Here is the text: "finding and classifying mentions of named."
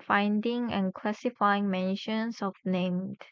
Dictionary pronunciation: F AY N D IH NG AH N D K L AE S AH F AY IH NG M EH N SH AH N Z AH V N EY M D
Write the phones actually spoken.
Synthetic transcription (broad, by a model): F AY N D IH NG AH N K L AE S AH F AY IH NG M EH N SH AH N S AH F N EY M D